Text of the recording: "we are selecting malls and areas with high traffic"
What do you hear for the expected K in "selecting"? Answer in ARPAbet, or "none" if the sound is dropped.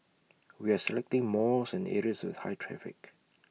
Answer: K